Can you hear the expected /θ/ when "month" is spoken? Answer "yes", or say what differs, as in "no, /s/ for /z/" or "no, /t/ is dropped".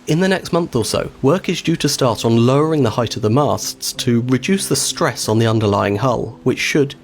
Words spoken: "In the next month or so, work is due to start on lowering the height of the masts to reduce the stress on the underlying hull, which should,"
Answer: yes